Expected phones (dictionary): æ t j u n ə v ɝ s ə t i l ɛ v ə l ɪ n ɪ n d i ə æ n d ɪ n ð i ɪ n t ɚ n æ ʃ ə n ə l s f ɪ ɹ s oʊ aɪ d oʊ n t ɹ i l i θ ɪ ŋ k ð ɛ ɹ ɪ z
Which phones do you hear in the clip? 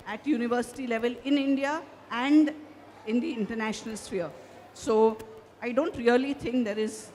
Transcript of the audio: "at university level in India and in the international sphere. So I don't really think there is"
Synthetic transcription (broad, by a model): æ t j u n ə v ɝ s ə t i l ɛ v ə l ɪ n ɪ n d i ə æ n d ɪ n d i ɪ n t ɚ n æ ʃ ə n ə l s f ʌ ɹ s oʊ aɪ d oʊ n t ɹ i l i t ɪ ŋ k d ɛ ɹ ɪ z